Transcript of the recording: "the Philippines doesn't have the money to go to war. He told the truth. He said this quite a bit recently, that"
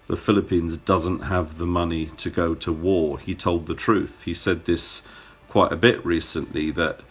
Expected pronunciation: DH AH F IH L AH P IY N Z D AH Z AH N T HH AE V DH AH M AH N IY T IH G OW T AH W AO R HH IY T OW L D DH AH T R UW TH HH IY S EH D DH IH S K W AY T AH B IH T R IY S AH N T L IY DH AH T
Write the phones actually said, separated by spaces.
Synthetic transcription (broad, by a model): DH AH F IH L AH P IY N Z D AH Z AH N T HH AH V DH AH M AH N IY T IH G OW T AH W AO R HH IY T OW L D DH AH T R UW TH HH IY S EH D DH IH S K W AY T AH B IH T R IY S AH N T L IY DH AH T